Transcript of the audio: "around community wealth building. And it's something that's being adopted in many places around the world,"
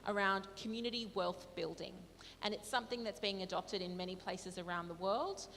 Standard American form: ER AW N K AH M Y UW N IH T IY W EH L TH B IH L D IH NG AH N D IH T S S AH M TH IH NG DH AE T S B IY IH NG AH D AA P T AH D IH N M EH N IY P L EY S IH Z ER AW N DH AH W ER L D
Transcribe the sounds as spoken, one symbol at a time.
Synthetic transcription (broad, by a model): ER AW N K AH M Y UW N IH T IY W EH L TH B IH L D IH NG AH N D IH T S S AH M TH IH NG DH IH T S B IY IH NG AH D AA P T AH D IH N M EH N IY P L EY S IH Z ER AW N DH AH W ER L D